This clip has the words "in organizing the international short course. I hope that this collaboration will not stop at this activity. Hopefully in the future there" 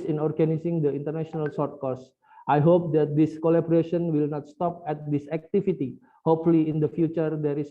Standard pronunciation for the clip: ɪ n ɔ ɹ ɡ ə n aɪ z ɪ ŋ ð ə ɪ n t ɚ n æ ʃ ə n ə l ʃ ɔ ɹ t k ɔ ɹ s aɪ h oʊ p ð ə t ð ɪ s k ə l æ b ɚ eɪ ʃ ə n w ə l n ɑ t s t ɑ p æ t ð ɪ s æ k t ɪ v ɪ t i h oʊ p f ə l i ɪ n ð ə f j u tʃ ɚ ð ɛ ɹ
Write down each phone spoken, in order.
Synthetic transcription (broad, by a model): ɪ n ɔ ɹ ɡ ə n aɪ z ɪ ŋ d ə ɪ n t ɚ n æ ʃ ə n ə l s ɔ ɹ t k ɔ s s aɪ h oʊ p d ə t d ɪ s k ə l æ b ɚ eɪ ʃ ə n w ə l n ɑ t s t ɑ p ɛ t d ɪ s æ k t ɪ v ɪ t i h oʊ p f ə l i ɪ n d ə f j u tʃ ɚ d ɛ ɹ